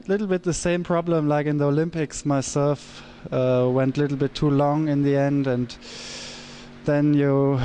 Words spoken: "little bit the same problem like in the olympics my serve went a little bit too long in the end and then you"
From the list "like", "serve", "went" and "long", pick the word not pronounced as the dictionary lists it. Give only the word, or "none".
serve